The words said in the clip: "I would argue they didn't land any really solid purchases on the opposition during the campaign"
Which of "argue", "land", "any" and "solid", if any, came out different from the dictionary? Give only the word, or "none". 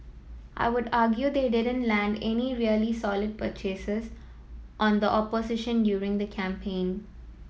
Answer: none